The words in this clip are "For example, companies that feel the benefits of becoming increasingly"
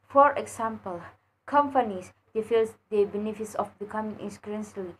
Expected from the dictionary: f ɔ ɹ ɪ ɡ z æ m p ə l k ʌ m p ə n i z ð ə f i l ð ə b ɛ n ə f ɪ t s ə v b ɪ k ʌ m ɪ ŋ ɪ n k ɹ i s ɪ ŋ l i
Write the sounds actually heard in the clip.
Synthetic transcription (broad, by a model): f ɔ ɹ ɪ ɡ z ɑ m p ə l k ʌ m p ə n i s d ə f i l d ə b ɛ n ə f ɪ t s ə f b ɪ k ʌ m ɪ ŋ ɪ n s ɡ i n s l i